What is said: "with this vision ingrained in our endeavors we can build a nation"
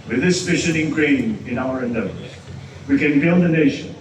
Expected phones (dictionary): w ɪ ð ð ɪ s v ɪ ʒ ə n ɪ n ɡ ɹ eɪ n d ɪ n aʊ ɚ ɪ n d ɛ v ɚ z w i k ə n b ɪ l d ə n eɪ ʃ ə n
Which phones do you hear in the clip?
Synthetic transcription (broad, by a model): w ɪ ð ð ɪ s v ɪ ʃ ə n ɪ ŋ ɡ ɹ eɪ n ɪ n aʊ ɚ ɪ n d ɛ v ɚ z w i k ə n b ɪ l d ə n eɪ ʃ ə n